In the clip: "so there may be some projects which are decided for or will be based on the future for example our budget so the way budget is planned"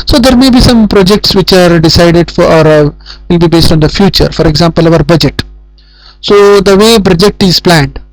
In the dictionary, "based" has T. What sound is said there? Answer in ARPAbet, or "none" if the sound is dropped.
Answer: T